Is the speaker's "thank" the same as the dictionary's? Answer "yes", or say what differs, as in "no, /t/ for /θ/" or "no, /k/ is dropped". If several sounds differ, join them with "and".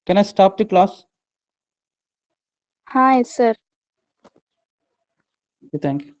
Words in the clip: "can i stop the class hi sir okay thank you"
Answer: no, /t/ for /θ/